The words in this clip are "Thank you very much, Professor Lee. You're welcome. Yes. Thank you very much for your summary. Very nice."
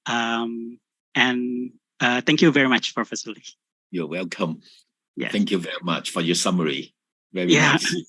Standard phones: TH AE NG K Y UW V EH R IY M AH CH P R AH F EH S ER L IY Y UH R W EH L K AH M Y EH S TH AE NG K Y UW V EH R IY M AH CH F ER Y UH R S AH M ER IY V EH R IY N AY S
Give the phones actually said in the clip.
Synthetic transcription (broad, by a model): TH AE NG K Y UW V EH R IY M AH CH F R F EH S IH L IY Y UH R W EH L K AH M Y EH TH TH AE NG K Y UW V EH R IY M AH CH F ER Y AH R S AH M ER IY V EH R IY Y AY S